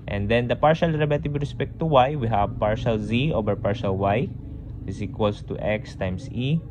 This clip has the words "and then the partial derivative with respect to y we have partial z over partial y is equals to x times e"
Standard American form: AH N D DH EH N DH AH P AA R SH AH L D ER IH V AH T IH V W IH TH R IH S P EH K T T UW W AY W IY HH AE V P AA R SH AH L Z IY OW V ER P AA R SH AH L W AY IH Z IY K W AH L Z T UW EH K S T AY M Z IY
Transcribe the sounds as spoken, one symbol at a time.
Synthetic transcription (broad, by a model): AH N D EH N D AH P AA R SH AH L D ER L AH T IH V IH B R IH S P EH K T T UW W AY W IY HH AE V P AA R SH AH L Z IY OW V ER P AA R SH AH L W AY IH S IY K W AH L S T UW EH K S T AY M S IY